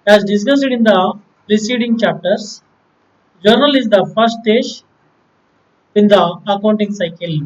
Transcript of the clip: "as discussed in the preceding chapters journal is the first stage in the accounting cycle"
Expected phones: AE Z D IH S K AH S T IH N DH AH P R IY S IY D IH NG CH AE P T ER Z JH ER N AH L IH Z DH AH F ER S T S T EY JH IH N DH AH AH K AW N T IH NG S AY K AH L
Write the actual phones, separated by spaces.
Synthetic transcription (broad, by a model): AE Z D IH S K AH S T IH N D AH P R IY S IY D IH NG CH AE P T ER S JH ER N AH L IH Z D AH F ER T S T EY SH IH N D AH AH K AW N T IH NG S AY K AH L